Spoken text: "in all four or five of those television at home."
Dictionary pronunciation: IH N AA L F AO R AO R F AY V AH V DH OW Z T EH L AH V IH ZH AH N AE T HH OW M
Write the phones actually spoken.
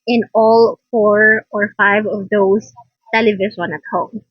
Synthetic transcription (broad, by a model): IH N AA L F AO R AO R F AY V AH V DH OW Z T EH L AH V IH S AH N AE T HH OW M